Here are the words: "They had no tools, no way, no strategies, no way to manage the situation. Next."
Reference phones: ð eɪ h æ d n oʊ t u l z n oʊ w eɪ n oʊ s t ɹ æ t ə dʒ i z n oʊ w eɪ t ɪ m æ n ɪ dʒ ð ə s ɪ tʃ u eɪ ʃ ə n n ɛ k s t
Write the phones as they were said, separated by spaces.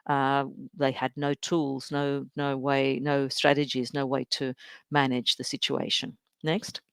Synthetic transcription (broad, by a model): ð eɪ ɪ d n oʊ t u l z n oʊ w eɪ n oʊ s t ɹ æ t ə dʒ i z n oʊ w eɪ t ɪ m æ n ɪ dʒ ð ə s ɪ tʃ u eɪ ʃ ə n n ɛ k s t